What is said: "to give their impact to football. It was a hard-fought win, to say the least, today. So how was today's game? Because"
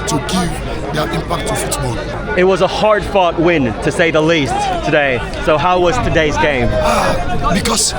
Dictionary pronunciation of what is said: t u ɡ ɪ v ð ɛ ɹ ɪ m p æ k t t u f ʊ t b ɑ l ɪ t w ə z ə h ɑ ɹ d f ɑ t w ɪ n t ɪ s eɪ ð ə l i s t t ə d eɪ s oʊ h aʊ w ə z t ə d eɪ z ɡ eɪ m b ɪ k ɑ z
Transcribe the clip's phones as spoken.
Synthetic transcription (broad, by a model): t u ɡ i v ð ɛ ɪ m p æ k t t u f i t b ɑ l ɪ t w ə z ə h ɑ ɹ d f ɑ t w ɪ n t ɪ s eɪ ð ə l i s t t ə d eɪ s oʊ h aʊ w ə z t ə d eɪ z ɡ eɪ m b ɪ k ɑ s